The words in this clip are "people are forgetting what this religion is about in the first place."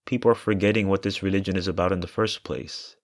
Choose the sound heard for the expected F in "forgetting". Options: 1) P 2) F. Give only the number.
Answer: 2